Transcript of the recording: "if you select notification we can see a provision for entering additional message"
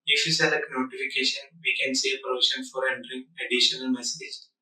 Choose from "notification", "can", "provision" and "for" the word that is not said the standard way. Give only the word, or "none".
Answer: provision